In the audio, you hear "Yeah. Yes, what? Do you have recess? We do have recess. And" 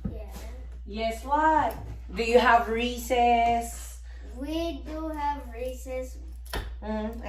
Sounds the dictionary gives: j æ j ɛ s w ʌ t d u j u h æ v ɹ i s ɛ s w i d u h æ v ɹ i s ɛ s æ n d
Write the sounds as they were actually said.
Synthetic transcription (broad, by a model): j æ j ɛ s w ʌ t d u j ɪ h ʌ v ɹ i s ɛ s w i d u h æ v ɹ i s ɛ s